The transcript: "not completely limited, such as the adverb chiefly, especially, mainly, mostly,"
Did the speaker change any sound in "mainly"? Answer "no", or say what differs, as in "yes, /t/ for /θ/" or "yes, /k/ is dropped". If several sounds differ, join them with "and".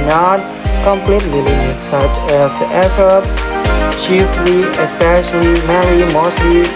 yes, /n/ is dropped